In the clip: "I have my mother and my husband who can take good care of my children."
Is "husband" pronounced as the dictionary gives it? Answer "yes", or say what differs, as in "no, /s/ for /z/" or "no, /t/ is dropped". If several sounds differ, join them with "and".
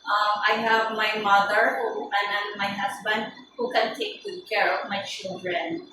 no, /s/ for /z/